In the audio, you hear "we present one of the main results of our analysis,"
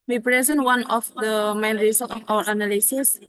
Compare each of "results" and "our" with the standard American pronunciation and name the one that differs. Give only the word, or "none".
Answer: results